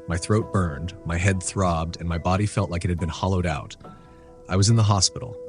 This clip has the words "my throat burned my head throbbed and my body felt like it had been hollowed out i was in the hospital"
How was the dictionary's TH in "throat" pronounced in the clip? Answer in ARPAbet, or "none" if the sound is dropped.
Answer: TH